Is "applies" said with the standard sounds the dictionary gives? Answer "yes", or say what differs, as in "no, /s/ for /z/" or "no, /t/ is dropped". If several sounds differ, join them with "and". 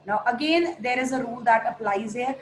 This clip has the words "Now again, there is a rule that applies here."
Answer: yes